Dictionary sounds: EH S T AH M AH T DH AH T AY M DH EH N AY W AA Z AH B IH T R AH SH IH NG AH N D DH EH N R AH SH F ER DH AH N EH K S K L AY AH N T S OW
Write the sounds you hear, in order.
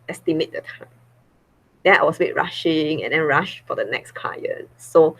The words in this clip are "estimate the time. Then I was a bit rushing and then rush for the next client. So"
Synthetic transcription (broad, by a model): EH S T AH M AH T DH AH T AY M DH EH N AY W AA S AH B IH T R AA SH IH NG AH N D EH N R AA SH F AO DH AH N EH K S K AY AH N S OW